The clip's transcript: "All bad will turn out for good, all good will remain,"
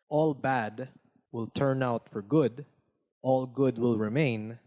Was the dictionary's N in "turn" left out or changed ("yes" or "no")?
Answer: no